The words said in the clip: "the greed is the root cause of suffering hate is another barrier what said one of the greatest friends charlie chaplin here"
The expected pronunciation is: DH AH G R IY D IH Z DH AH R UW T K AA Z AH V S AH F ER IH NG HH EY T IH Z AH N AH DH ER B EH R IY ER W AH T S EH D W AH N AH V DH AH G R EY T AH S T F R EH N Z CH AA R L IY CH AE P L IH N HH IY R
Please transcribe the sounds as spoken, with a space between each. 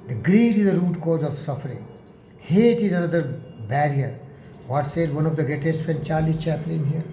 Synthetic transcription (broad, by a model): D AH G R IY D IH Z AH R UW T K AA Z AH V S AH F ER IH NG HH EY T IH Z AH N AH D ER B EH R IY ER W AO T S EH D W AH N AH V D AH G R EY T AH S T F EH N CH AA R L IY CH AE P L IH N HH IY R